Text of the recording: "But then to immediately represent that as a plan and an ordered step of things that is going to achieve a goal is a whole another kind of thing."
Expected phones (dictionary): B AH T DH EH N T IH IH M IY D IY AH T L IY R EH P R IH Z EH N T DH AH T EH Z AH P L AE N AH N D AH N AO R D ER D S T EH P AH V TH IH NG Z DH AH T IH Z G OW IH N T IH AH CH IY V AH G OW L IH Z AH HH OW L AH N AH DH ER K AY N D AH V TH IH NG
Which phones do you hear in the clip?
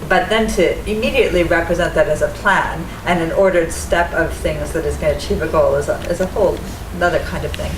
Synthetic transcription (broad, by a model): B AH T DH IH N T IH IH M IY D IY AH T L IY R EH P R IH Z EH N DH AH T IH Z AH P L AE N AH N AH N AO R D ER D S T EH P AH V TH IH NG Z DH AH T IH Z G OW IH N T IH AH CH IY V AH G OW L IH Z AH HH OW L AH N AH DH ER K AY N D AH V TH IH NG